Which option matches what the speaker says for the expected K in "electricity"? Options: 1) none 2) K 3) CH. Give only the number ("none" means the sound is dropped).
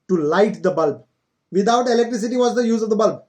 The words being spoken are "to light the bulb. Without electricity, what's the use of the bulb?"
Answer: 2